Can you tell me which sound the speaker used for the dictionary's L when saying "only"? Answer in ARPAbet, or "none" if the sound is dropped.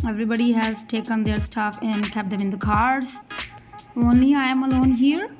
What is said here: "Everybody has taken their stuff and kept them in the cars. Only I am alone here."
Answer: none